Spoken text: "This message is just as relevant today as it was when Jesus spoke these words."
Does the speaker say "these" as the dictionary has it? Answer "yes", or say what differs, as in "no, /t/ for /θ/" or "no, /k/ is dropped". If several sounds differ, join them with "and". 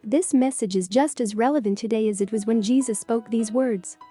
yes